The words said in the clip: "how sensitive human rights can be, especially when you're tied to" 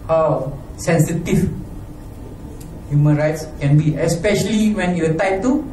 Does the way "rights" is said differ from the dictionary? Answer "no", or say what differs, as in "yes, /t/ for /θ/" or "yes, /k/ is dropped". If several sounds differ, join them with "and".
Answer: no